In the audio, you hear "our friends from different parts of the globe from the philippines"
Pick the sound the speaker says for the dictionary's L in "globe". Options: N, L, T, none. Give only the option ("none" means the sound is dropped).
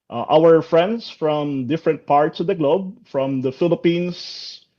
L